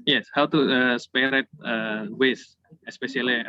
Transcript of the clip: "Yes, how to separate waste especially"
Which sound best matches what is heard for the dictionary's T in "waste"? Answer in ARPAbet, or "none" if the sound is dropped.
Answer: none